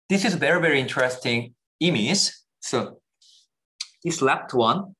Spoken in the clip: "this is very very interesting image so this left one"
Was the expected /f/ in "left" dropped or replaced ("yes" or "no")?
yes